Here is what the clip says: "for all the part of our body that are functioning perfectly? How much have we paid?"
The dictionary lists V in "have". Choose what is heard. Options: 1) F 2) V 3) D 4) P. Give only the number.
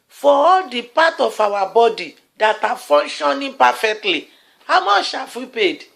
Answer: 1